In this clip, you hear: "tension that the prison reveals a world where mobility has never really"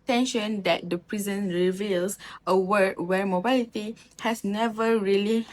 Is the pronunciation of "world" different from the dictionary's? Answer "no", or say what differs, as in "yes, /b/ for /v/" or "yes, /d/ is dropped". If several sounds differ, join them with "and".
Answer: yes, /l/ is dropped